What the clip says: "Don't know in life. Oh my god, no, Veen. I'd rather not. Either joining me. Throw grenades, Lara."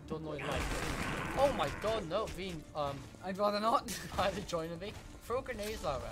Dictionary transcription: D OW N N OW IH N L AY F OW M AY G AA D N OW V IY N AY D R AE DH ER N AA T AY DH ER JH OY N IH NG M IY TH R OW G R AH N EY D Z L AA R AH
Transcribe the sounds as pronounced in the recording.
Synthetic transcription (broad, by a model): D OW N N OW IH N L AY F OW M AY G AA D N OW B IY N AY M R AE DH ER N AA T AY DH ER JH OY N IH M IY F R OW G AH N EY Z L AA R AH